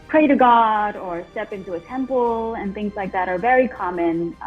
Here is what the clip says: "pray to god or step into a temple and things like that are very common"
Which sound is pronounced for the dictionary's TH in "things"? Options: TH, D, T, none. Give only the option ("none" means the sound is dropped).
TH